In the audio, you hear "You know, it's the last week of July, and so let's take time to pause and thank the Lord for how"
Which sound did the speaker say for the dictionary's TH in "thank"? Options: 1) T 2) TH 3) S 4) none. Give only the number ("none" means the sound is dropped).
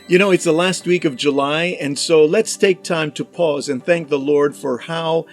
2